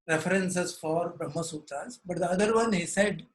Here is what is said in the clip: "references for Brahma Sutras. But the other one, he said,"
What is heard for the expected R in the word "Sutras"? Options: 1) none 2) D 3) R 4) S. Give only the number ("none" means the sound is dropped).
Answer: 1